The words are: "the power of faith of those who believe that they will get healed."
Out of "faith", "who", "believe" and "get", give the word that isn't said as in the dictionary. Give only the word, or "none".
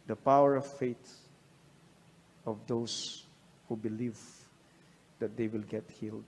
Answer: faith